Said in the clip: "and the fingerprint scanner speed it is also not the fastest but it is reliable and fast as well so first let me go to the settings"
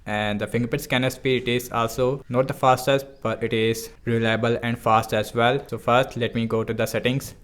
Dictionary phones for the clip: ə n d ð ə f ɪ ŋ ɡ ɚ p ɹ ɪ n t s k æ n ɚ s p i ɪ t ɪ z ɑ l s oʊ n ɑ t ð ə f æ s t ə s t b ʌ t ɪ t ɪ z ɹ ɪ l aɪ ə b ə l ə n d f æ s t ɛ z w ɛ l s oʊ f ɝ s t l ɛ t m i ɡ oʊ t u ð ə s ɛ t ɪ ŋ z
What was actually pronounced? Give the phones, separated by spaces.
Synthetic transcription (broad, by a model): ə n d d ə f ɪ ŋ ɡ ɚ p ɪ t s k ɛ n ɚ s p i ɪ t ɪ z ɑ l s oʊ n ɑ t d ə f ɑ s t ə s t b ʌ t ɪ t ɪ z ɹ ɪ l aɪ ə b ə l ə n d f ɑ s t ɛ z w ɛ l s oʊ f ɝ s t l ɛ t m i ɡ oʊ t u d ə s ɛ t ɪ ŋ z